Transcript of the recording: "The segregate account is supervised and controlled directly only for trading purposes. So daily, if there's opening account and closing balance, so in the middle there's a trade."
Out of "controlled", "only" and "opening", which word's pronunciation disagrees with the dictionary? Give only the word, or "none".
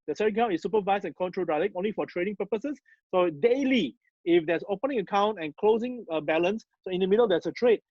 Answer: controlled